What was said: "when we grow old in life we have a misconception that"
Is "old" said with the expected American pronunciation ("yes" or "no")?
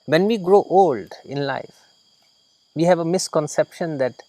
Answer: yes